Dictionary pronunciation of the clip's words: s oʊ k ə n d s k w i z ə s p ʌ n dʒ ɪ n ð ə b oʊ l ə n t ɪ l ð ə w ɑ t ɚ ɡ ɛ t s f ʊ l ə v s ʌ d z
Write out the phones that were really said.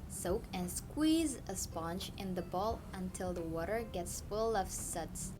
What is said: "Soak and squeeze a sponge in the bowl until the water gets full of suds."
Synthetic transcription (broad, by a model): s oʊ k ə n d s k w i z ə s p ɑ n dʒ ɪ n ð ə b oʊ l ə n t ɪ l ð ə w ɑ t ɚ ɡ ɛ t s f ʊ l ə v s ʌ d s